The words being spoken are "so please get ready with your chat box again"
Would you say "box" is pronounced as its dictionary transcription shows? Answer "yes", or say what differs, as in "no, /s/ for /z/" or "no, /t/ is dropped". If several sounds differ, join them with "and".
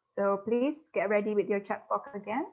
no, /s/ is dropped